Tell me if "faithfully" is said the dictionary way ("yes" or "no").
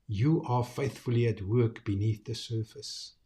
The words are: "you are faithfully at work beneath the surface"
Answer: yes